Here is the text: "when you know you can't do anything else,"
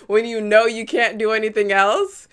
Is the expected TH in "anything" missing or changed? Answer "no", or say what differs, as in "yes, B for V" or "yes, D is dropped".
no